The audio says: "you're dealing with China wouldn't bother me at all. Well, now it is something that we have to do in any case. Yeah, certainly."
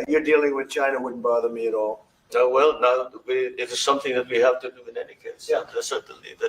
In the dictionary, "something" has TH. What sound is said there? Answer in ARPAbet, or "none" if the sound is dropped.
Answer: TH